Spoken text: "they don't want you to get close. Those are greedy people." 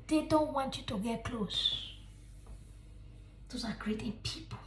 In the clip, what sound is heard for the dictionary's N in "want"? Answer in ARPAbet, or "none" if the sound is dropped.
N